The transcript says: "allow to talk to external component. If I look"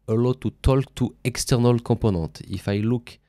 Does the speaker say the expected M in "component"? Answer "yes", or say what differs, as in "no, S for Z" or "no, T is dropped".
no, M is dropped